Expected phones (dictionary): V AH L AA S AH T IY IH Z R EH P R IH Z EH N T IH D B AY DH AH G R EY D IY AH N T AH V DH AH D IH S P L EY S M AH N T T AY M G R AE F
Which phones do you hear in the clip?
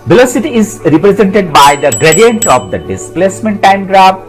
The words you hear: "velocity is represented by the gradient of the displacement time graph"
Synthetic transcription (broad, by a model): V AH L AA S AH T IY IH Z R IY P R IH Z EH N T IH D B AY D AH G R EY D IY AH N T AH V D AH D IH S P L EY S M AH N T T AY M G R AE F